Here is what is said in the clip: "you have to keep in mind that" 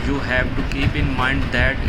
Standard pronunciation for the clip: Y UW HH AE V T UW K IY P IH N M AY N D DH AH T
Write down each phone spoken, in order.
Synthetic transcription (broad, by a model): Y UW HH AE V T UW K IY P IH N M AY N D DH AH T